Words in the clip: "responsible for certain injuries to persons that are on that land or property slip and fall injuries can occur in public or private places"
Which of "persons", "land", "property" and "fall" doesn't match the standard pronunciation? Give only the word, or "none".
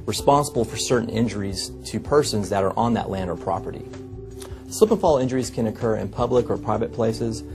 none